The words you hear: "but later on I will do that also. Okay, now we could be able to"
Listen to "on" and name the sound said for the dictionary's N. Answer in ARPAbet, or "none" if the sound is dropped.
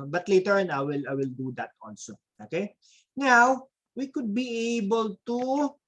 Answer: L